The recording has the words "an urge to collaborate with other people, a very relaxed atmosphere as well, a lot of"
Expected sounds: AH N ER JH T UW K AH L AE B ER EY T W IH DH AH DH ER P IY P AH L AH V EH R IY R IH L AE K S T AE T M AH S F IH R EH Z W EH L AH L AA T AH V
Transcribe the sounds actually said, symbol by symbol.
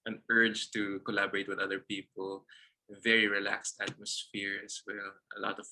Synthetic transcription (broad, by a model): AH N ER JH T UW K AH L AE B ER EY T W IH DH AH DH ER P IY P AH L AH V EH R IY R IH L AE K S T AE T M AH S F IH R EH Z W EH L AH L AA T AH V